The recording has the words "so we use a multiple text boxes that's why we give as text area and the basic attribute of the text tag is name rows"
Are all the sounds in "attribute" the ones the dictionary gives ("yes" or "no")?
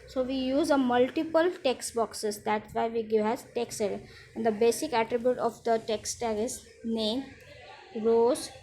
yes